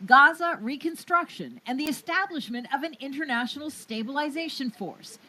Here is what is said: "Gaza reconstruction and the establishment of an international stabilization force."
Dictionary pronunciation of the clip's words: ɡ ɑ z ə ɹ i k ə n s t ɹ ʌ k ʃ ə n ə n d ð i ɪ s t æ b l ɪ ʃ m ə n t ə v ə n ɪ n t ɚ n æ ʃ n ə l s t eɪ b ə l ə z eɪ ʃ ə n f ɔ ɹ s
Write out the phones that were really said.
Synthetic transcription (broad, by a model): ɡ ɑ z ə ɹ i k ə n s t ɹ ʌ k ʃ ə n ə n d ð i ɪ s t æ b l ɪ ʃ m ə n t ə v ə n ɪ n t ɚ n æ ʃ n l s t eɪ b ə l ə z eɪ ʃ ə n f ɔ ɹ s